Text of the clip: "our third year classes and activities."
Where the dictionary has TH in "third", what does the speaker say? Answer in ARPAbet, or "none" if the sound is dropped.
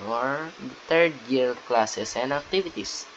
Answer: T